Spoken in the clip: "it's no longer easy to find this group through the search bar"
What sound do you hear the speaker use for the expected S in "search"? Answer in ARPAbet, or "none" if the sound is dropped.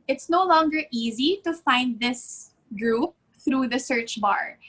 S